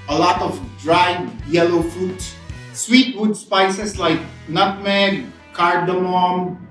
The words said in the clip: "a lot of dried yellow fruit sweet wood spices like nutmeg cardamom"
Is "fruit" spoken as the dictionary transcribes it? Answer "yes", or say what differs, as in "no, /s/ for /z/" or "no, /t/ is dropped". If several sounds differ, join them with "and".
no, /ɹ/ is dropped